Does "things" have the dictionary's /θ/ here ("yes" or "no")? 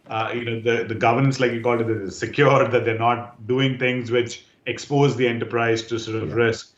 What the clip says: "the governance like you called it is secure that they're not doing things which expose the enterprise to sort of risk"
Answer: no